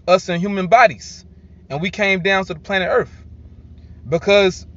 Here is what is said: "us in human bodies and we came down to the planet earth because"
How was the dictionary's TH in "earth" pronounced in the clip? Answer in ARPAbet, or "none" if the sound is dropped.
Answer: TH